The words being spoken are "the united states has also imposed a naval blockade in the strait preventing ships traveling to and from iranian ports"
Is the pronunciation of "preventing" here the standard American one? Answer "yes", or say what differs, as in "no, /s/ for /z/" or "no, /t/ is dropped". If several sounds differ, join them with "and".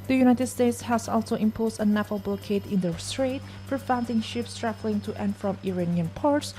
no, /f/ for /p/